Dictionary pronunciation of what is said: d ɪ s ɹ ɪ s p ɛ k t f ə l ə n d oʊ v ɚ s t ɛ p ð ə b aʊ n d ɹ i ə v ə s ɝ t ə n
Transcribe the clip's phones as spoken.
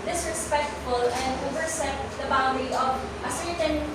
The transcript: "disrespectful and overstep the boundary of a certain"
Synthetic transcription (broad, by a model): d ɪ s ɹ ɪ s p ɛ k t f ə l ə n d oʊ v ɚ s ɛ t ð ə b aʊ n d i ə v ə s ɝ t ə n